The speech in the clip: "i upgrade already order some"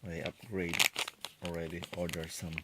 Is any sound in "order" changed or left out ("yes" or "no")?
no